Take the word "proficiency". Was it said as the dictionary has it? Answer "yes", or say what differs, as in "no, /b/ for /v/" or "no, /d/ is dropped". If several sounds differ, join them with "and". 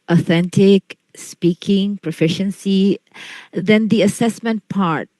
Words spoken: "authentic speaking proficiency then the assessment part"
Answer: yes